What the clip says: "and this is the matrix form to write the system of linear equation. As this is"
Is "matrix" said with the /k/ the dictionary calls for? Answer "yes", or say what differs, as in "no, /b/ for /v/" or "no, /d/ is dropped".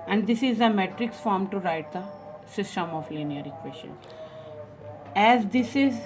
yes